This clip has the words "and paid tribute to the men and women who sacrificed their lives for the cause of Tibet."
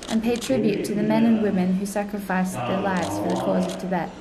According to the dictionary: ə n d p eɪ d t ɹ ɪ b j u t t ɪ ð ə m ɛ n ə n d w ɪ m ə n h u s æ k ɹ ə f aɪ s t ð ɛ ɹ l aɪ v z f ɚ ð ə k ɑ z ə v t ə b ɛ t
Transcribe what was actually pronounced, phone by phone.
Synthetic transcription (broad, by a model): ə n p eɪ d t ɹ ɪ b j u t t ɪ ð ə m ɛ n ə n w ɪ m ə n h u s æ k ɹ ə f aɪ s ð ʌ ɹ l aɪ v z f ɚ ð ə k ɑ z ə v t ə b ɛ t